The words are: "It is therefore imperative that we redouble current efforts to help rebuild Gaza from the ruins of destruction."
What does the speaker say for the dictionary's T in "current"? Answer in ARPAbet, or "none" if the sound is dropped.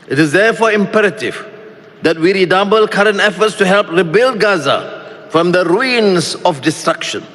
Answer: T